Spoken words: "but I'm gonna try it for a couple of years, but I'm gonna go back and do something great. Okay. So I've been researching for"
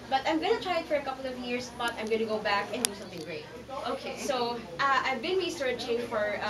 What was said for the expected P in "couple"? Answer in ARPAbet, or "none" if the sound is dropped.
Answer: P